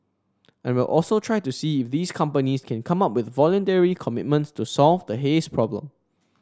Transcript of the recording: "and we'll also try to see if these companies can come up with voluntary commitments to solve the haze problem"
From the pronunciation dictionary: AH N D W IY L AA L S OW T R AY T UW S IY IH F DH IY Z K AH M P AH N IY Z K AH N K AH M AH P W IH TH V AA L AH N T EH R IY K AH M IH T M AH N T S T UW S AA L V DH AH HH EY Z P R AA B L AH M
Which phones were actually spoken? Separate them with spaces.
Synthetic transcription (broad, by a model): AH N W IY L AA L S OW T R AY T UW S IY IH F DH IY S K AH M P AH N IY S K AH N K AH M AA P W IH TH V AA L AH N T EH R IY K AH M IH T M AH N T S T UW S AA L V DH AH HH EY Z P R AA B L AH M